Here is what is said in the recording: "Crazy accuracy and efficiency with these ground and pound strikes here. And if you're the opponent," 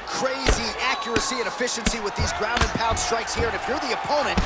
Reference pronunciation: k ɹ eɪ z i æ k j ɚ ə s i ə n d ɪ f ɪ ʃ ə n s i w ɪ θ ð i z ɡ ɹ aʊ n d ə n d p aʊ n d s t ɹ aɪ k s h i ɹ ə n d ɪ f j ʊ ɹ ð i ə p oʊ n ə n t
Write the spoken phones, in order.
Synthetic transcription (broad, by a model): k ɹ eɪ z i æ k j ɚ ə s i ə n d ɪ f ɪ ʃ ə n s i w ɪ ð i z ɡ ɹ aʊ n d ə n p aʊ d s t ɹ aɪ k s h i ɹ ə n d ɪ f j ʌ ɹ ð i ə p oʊ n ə n t